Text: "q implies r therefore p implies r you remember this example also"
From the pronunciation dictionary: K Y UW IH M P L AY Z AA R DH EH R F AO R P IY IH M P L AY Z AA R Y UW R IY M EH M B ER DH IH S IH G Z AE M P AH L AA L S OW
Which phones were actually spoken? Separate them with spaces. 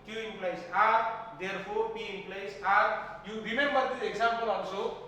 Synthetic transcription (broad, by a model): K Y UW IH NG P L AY S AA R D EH R P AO R P IY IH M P L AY S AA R Y UW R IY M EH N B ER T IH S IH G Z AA M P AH L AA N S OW